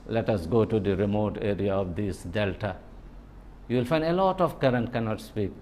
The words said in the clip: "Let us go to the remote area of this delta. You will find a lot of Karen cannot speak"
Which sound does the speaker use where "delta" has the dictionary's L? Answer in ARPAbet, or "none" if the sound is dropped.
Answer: L